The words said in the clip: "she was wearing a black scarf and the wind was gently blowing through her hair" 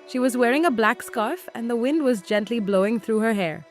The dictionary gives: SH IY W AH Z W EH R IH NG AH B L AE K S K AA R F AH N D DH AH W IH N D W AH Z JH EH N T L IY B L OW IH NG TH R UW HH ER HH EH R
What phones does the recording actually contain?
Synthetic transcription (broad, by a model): SH IY W AH Z W EH R IH NG AH B L AE K S K AA R F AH N DH AH W IH N D W AH Z JH EH N T L IY B L OW IH NG TH R UW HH ER HH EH R